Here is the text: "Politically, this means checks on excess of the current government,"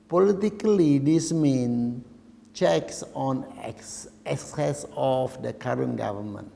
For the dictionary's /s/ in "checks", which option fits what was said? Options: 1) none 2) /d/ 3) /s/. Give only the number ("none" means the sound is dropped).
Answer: 3